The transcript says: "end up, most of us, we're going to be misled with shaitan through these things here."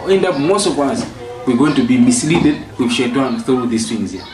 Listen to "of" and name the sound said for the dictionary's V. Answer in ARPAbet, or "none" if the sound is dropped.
W